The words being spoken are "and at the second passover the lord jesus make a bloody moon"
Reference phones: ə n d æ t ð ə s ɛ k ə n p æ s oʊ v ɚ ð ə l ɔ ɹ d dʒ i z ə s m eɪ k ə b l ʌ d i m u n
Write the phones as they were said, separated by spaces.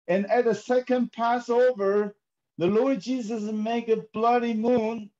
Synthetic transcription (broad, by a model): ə n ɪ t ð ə s ɛ k ə n p æ s oʊ v ɚ ð ə l ɔ ɹ d dʒ i z ə s m eɪ k ə b l ʌ d i m u n